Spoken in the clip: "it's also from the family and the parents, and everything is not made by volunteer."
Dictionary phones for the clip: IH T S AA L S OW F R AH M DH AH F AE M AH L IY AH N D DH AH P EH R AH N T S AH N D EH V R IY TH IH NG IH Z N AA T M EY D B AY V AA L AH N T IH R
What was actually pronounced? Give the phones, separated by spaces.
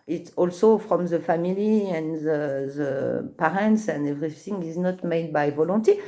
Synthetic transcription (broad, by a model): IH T S AA L S OW F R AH M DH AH F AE M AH L IY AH N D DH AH P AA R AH N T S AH N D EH V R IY S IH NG IH Z N AA T M EY D B AY V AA L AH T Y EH